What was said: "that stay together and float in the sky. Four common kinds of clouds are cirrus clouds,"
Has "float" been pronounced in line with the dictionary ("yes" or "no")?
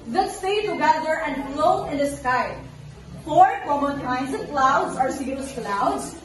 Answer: no